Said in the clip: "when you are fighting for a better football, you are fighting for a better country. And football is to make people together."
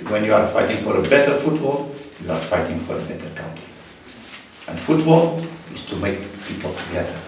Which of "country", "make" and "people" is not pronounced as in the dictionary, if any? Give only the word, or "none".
country